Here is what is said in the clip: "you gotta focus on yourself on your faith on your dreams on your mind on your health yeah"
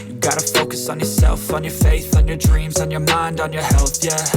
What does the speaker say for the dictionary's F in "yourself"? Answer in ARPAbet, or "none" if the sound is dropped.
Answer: F